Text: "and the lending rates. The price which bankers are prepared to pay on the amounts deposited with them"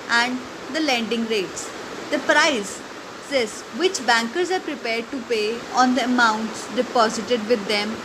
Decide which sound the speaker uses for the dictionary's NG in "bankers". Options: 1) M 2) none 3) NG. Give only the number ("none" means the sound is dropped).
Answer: 3